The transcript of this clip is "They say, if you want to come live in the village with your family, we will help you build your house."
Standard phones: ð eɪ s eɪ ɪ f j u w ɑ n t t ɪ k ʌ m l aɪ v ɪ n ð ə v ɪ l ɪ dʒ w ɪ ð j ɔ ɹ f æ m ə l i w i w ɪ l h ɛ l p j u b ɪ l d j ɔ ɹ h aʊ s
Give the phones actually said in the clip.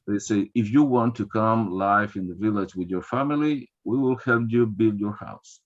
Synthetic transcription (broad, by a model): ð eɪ s eɪ ɪ f j u w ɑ n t t ɪ k ʌ m l aɪ f ɪ n ð ə v ɪ l ɪ dʒ w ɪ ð j ɔ ɹ f æ m ə l i w i w ɪ l h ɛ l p j u b ɪ l d j ɔ ɹ h aʊ s